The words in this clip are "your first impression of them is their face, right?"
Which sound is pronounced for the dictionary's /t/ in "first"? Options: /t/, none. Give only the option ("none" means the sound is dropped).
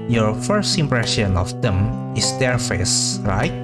/t/